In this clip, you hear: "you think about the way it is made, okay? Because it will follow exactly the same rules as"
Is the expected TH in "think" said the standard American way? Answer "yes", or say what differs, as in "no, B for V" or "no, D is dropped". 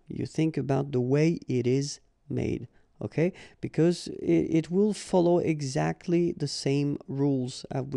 yes